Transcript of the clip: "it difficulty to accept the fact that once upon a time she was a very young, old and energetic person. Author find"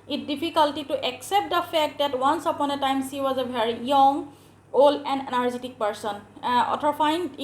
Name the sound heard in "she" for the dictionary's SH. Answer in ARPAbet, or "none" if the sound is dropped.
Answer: S